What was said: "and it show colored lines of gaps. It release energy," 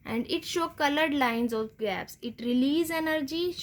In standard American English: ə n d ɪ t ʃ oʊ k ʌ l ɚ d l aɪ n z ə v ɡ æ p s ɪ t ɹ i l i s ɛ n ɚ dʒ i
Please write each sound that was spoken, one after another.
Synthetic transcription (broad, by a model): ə n d ɪ t ʃ oʊ k ʌ l ɚ d l aɪ n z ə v ɡ æ p s ɪ t ɹ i l i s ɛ n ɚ dʒ i